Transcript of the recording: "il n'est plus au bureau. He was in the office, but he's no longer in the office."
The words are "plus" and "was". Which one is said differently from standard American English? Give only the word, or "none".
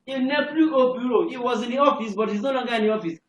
plus